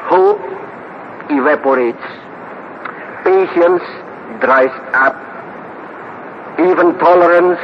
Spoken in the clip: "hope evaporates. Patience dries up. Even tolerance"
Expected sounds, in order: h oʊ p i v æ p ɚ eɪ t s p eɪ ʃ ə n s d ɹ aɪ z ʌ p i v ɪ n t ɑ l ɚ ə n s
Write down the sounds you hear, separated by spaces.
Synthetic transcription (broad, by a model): h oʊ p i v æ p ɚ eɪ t s p eɪ ʃ ə n s d ɹ aɪ s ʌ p i v ɪ n t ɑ l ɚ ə n s